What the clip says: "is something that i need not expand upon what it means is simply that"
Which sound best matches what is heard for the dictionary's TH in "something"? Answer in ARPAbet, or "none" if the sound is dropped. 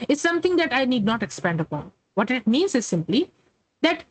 T